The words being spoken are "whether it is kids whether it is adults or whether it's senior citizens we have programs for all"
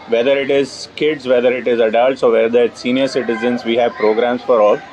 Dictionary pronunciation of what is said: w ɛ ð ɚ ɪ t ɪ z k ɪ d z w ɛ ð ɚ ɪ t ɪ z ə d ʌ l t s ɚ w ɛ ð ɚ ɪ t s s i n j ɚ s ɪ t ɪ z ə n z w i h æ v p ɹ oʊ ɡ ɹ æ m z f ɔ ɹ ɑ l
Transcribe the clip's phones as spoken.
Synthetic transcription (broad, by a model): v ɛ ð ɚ ɪ t ɪ z k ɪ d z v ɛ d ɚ ɪ t ɪ z ə d ʌ l t s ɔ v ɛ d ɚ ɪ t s s i n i ɚ s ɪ t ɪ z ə n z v i h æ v p ɹ oʊ ɡ ɹ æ m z f ɔ ɹ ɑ l